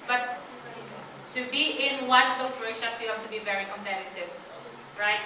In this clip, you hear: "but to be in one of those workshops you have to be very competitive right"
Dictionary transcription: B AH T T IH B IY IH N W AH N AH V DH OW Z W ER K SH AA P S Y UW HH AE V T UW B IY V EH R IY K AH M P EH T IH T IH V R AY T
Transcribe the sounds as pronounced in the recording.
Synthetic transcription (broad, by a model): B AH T T IH B IY IH N W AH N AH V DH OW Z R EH SH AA S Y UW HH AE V T UW B IY V EH R IY K AH M P EH T IH T IH V R AY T